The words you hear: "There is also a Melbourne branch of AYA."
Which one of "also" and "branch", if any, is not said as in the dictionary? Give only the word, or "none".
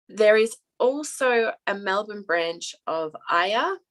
none